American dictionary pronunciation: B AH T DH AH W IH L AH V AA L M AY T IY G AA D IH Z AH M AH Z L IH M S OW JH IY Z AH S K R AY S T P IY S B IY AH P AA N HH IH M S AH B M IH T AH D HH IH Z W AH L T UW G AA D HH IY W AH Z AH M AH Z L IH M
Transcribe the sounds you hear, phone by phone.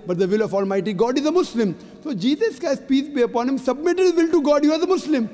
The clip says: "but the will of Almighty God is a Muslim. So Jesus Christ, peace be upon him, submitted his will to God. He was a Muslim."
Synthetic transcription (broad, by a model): B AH T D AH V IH L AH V AA L M AY T IY G AA D IH Z AH M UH S L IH M S OW JH IY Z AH S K AY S P IY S B IY AH P AA N HH IH M S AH B M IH T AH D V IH L T UW G AA D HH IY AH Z AH M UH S L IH M